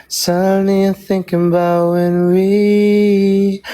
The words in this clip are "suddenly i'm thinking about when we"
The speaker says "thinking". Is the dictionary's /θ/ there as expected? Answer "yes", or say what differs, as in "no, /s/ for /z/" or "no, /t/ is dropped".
yes